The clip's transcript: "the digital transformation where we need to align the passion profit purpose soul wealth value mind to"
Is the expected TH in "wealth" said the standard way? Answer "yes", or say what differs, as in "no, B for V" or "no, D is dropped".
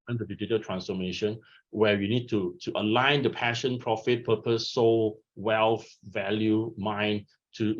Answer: no, F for TH